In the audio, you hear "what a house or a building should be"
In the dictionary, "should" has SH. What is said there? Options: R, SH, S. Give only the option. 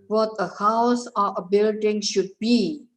SH